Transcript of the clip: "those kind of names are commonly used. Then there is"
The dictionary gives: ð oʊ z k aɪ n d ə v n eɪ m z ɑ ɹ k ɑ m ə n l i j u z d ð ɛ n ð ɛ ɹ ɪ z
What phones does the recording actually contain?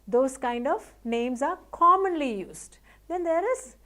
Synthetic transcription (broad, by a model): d oʊ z k aɪ n d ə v n eɪ m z ɑ ɹ k ɑ m ə n l i j u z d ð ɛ n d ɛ ɹ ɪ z